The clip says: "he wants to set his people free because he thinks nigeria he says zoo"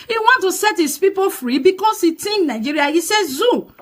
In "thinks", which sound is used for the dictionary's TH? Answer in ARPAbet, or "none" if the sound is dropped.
T